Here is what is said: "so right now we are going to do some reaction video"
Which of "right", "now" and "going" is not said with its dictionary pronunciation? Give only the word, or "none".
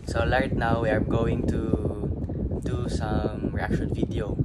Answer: right